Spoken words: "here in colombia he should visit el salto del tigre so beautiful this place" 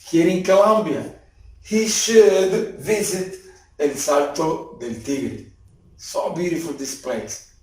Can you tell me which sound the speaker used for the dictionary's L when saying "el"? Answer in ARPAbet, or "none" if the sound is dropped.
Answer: N